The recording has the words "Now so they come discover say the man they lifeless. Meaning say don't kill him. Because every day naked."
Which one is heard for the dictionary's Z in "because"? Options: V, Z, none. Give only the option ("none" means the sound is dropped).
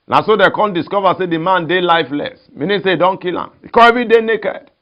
none